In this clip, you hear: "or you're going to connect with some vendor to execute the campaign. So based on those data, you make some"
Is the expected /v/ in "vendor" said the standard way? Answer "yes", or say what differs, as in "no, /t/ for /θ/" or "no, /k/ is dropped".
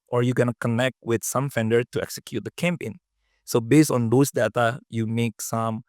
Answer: no, /f/ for /v/